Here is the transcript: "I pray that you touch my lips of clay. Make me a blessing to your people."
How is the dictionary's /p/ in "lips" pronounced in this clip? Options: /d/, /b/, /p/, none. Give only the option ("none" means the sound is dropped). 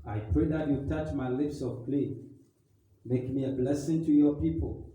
/p/